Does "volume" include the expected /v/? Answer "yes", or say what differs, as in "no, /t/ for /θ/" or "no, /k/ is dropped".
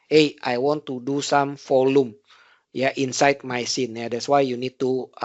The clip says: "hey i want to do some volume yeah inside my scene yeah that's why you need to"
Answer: no, /f/ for /v/